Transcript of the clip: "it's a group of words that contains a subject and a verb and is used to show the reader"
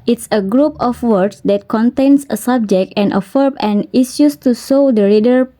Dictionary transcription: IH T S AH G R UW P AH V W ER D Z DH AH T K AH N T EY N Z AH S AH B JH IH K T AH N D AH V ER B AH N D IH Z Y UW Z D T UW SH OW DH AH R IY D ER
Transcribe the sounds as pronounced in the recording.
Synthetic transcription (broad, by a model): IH T S AH G R UW P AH F W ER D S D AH T K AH N T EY N S AH S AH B JH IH K T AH N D AH F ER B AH N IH S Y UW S T UW S OW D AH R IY D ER